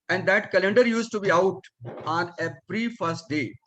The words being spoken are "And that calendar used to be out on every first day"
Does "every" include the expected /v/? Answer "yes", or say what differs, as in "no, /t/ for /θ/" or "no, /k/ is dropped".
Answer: no, /p/ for /v/